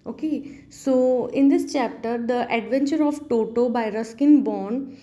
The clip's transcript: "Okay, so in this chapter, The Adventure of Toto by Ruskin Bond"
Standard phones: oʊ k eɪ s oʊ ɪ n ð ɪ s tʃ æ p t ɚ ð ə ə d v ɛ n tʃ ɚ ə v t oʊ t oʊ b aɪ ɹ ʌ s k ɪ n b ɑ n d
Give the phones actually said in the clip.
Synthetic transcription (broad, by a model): oʊ k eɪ s oʊ ɪ n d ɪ s tʃ æ p t ɚ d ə ə d v ɛ n tʃ ɚ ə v t oʊ t oʊ b aɪ ɹ ʌ s k ɪ n b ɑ n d